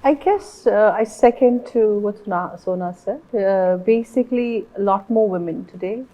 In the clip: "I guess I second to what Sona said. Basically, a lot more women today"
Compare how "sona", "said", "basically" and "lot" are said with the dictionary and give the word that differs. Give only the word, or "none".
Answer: none